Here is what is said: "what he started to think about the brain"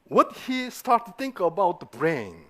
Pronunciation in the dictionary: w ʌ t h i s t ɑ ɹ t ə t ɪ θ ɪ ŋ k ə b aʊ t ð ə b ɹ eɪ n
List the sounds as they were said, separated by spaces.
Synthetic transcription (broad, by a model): w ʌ t h i s t ɑ ɹ t ə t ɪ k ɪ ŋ ə b aʊ t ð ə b ɹ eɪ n